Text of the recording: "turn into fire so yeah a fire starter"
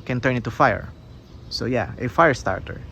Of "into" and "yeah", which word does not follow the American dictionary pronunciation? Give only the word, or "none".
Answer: into